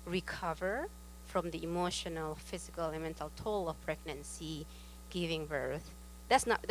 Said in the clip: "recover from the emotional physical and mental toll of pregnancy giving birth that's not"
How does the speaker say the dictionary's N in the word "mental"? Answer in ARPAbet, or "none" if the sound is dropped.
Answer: N